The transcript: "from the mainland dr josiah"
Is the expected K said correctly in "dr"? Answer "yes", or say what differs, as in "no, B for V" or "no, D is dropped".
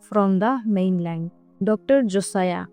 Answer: yes